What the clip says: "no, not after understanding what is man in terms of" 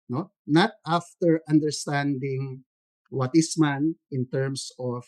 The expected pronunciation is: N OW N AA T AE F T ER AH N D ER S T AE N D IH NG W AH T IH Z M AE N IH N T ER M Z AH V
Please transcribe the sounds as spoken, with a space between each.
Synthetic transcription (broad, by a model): N OW N AA T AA F T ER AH N D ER S T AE N D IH NG W AH T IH S M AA N IH N T ER M S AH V